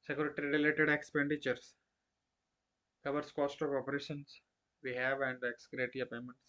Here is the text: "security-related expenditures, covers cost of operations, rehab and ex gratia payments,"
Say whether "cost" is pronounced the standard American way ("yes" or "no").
yes